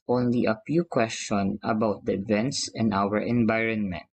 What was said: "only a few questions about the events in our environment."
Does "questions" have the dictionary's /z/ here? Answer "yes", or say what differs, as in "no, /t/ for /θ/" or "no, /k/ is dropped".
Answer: no, /z/ is dropped